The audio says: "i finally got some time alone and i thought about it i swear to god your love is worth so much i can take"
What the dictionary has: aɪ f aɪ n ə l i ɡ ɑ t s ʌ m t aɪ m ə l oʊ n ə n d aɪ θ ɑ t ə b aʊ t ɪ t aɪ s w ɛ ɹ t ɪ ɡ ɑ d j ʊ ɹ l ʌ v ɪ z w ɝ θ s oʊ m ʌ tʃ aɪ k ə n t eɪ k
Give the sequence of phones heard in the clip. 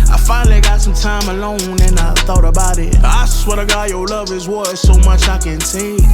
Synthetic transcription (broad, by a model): aɪ f aɪ n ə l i ɡ ɑ t s ʌ m t aɪ m ə l oʊ n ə n aɪ θ ɑ t ə b aʊ t ɪ t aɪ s w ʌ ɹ t ɪ ɡ ɑ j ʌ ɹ l ʌ v ɪ z w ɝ s oʊ m ʌ tʃ aɪ k ə n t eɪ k